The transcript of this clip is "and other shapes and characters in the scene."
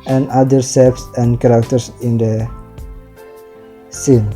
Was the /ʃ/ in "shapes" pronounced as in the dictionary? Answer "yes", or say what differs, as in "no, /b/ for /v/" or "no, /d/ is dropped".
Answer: no, /s/ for /ʃ/